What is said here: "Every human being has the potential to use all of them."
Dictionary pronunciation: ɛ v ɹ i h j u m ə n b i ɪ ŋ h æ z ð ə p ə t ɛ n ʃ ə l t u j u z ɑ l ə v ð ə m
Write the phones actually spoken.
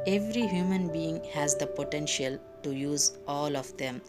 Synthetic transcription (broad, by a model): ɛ v ɹ i h j u m ə n b i ɪ ŋ h æ z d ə p ə t ɛ n ʃ ə l t u j u z ɑ l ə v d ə m